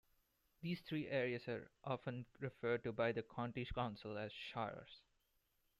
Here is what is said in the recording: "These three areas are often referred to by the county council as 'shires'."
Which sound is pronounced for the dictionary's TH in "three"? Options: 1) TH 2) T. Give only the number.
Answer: 2